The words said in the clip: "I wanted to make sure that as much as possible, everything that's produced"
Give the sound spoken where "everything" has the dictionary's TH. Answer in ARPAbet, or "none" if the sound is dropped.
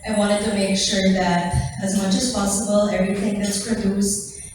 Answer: T